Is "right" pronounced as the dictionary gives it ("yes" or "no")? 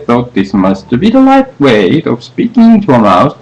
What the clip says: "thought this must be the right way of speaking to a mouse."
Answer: no